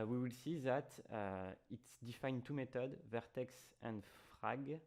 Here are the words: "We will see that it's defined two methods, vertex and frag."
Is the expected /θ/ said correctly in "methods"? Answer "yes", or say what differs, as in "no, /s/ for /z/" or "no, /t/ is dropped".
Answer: no, /t/ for /θ/